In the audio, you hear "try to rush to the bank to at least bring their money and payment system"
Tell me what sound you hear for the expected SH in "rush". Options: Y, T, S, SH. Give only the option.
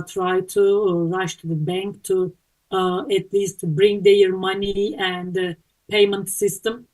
SH